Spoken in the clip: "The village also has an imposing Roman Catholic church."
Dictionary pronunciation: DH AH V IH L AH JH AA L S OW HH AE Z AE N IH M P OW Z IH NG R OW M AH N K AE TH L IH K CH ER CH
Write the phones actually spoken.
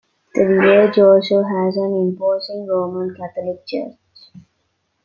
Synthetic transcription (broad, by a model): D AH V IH AH JH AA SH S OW HH AE Z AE N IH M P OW S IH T R OW M AH N K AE T L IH K CH ER CH